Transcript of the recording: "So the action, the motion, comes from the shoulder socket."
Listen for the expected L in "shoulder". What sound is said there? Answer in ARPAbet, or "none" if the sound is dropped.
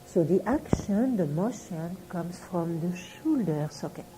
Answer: L